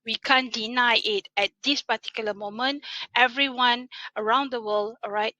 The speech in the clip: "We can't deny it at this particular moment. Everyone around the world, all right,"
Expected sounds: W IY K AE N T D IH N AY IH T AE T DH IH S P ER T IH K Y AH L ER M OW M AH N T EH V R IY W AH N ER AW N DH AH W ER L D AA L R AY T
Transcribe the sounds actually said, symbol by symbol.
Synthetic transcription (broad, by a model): W IY K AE N D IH N AY IH T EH T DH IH S P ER T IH K Y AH L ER M OW M AH N T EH V R IY W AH N ER AW N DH AH W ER L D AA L R AY T